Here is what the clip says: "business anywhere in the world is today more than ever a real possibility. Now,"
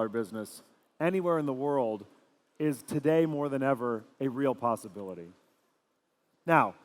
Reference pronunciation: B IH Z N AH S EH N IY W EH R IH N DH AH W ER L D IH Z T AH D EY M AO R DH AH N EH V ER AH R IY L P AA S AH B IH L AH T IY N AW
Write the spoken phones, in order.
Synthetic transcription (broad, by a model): B IH Z N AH S EH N IY W EH R IH N DH AH W ER L D IH Z T AH D EY M AO R DH AH N EH V ER AH R IY L P AA S AH B IH L AH T IY N AW